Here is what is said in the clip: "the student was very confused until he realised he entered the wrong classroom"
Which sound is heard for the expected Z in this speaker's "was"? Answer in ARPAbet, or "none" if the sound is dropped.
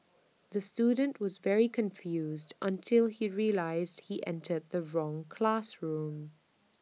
Z